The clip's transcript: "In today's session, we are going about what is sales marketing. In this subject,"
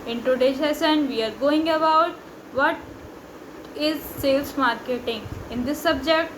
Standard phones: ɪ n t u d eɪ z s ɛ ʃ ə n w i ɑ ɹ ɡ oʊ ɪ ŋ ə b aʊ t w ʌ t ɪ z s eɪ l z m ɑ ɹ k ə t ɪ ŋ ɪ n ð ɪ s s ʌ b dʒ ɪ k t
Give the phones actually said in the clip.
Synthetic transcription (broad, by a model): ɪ n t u d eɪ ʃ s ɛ s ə n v i ɑ ɹ ɡ oʊ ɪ ŋ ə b aʊ t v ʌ t ɪ z s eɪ l s m ɑ ɹ k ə t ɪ ŋ ɪ n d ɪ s s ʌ b dʒ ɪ k t